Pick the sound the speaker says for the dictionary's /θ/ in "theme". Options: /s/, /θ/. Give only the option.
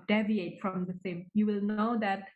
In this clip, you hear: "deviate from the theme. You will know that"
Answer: /s/